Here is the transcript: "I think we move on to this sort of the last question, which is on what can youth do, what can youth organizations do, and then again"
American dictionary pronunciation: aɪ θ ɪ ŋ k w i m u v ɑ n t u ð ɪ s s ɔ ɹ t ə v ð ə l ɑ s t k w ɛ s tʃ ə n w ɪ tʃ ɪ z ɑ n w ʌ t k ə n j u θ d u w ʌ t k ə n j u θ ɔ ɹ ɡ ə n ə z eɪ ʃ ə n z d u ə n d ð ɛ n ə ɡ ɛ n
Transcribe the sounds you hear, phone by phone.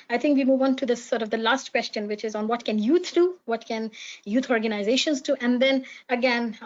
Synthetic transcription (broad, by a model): aɪ t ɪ ŋ k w i m u v ɑ n t u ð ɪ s s ɔ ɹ t ə v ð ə l ɑ s t k w ɛ s tʃ ə n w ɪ tʃ ɪ z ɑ n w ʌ t k ə n j u t d u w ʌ t k ə n j u t ɔ ɹ ɡ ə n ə z eɪ ʃ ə n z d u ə n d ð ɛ n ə ɡ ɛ n